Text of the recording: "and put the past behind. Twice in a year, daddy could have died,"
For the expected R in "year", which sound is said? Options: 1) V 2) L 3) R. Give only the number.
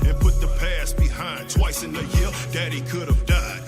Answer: 2